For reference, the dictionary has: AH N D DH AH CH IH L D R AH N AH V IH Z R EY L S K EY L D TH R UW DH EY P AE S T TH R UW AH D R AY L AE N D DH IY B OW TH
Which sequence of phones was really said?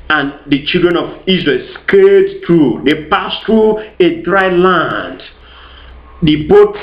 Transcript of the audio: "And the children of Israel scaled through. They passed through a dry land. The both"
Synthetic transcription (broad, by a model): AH N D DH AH CH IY L D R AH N AH V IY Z R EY L S K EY D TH R UW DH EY P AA S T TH R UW AH D R AY L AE N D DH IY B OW